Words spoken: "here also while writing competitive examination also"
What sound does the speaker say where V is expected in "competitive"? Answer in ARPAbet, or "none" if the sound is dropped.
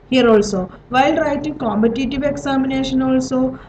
V